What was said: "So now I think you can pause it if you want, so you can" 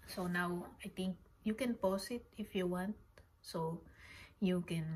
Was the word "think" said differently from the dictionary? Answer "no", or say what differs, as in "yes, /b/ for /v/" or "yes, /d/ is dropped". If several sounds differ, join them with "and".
yes, /t/ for /θ/